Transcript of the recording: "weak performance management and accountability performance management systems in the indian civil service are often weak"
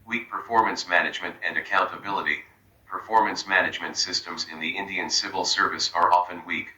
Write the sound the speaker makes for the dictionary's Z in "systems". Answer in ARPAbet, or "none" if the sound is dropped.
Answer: Z